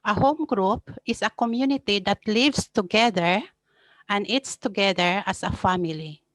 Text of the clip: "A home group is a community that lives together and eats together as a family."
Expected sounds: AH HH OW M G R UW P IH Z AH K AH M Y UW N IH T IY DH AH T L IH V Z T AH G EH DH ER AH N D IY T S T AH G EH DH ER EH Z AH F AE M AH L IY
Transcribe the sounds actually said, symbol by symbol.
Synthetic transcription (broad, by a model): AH HH OW M G R UW P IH S AH K AH M Y UW N IH T IY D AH T L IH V S T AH G EH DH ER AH N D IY T S T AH G EH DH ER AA S AH F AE M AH L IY